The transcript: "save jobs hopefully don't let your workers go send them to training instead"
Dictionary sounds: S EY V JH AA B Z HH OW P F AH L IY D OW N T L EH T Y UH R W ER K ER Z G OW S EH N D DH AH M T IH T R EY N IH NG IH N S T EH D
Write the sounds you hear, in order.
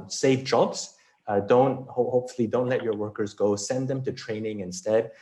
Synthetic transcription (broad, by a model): S EY V JH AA B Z HH OW P F L IY D OW N T L EH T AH R W ER K ER Z G OW S EH N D DH AH M T IH T R EY N IH NG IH N S T EH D